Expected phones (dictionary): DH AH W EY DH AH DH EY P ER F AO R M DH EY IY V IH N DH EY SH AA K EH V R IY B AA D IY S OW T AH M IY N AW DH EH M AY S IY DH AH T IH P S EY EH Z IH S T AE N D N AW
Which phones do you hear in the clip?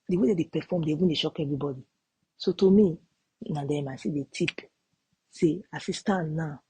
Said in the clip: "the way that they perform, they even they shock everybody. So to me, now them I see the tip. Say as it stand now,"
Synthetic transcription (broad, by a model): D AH W EY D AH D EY P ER F AO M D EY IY B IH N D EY SH AA K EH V R IY B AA D IY S OW T AH M IY N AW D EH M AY S IY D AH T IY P S EY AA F IH S T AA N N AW